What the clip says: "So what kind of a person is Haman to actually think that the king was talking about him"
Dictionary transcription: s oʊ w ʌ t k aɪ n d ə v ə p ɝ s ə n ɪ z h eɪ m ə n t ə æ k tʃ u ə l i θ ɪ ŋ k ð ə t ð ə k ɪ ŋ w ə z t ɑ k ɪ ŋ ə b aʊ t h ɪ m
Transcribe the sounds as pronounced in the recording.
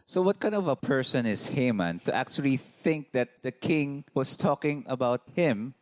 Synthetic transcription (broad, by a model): s oʊ w ʌ t k aɪ n d ə v ə p ɝ s ə n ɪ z h eɪ m ə n t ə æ k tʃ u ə l i θ ɪ ŋ k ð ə t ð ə k ɪ ŋ w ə s t ɑ k ɪ ŋ ə b aʊ t h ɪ m